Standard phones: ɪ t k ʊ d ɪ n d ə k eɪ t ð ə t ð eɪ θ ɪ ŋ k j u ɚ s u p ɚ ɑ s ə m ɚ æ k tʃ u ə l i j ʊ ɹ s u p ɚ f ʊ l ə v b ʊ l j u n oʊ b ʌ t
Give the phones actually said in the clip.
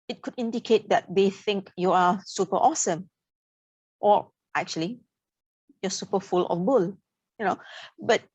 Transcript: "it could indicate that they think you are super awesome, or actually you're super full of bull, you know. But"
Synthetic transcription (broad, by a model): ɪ t k ʊ d ɪ n d ə k eɪ t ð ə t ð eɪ θ ɪ ŋ k j u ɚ s u p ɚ ɑ s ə m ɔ æ k tʃ u ə l i j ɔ s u p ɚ f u l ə f b ʊ l j u n oʊ b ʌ t